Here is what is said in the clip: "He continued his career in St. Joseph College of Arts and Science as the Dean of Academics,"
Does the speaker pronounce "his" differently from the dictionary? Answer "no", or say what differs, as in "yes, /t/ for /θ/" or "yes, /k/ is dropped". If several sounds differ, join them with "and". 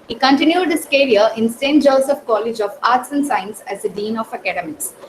yes, /s/ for /z/